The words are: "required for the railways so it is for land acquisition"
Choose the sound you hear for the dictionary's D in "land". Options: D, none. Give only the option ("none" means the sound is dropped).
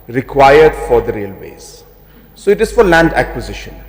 D